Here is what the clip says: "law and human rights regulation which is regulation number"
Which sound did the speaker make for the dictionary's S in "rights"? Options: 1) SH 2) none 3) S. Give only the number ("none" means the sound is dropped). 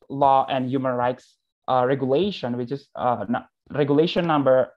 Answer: 3